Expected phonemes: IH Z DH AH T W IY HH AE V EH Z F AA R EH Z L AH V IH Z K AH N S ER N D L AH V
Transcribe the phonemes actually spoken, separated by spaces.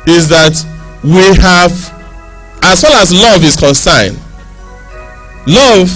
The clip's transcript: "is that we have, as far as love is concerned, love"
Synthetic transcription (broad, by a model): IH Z DH AH T W IY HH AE V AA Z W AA L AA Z L AH V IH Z K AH N S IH N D L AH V